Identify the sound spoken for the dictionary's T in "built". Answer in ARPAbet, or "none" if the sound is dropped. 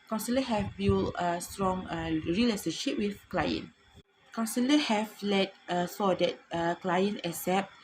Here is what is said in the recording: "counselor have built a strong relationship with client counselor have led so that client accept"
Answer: none